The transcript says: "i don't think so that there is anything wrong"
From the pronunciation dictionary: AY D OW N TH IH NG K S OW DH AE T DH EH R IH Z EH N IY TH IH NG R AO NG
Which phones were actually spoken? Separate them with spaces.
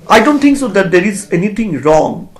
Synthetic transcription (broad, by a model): AY D OW N T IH NG K S OW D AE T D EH R IH Z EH N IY T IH NG R AO NG